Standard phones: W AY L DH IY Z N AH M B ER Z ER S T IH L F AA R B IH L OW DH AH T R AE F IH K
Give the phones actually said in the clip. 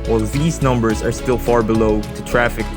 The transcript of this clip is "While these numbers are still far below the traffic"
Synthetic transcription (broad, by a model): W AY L DH IY Z N AH M B ER Z ER S T IH L F AA R B IH L OW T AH T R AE F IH K